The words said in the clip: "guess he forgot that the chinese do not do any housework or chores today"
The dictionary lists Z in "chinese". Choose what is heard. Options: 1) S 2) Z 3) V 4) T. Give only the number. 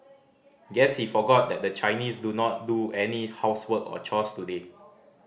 1